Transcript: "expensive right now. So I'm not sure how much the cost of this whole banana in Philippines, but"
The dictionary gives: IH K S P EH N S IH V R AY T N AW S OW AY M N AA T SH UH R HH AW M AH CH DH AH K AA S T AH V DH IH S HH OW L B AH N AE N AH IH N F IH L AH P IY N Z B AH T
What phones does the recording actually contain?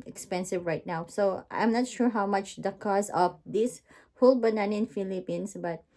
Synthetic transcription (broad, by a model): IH K S P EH N S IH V R AY T N AW S OW AY M N AA T SH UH R HH AW M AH CH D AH K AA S AH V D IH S HH OW L B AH N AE N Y IH N F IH L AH P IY N S B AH T